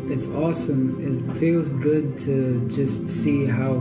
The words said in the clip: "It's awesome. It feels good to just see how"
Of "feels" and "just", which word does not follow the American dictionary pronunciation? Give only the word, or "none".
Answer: none